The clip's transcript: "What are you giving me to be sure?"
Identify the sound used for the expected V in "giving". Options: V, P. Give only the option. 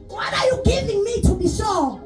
V